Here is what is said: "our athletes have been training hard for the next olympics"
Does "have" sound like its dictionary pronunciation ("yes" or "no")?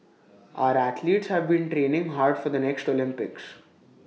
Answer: yes